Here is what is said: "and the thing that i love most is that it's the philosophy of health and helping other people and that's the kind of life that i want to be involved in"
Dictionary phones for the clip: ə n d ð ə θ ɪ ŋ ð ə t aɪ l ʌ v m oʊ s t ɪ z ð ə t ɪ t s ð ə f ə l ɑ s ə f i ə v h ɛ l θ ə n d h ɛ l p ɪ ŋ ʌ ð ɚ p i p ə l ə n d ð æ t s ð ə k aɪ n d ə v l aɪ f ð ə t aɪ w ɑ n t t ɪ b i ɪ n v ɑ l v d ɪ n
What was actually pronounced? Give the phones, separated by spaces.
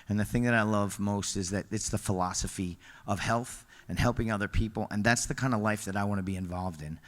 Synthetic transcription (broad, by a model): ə n ð ə θ ɪ ŋ ð ə t aɪ l ʌ v m oʊ s t ɪ z ð ə t ɪ t s ð ə f ə l ɑ s ə f i ə v h ɛ l θ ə n h ɛ l p ɪ ŋ ʌ ð ɚ p i p l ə n ð æ t s ð ə k aɪ n d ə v l aɪ f ð ə t aɪ w ɑ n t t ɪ b i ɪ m v ɑ l v d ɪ n